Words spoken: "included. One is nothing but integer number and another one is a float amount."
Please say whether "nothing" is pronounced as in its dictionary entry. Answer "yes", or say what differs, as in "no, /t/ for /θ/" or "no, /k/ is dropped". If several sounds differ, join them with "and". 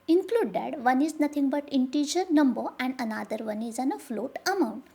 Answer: no, /t/ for /θ/